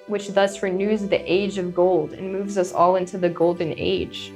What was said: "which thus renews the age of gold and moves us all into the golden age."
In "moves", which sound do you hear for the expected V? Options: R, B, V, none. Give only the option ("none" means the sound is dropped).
V